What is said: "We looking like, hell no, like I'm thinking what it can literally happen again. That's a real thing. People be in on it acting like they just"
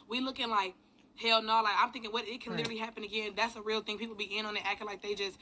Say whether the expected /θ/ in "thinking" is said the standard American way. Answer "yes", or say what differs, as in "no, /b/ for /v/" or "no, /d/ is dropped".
yes